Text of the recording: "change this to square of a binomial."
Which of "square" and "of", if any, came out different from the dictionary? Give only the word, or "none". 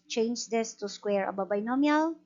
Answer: of